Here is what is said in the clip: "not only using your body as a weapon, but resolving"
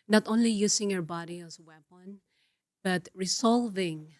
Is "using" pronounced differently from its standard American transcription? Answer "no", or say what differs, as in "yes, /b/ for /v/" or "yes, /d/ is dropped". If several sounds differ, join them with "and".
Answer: yes, /s/ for /z/